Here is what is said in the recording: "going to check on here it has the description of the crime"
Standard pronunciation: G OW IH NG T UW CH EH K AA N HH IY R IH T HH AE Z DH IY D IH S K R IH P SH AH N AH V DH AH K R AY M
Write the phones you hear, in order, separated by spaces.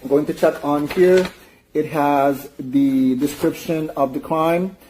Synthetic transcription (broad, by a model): G OW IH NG T UW CH EH K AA N HH IY R IH T HH AE Z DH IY D IH S K R IH P SH AH N AH V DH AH K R AY M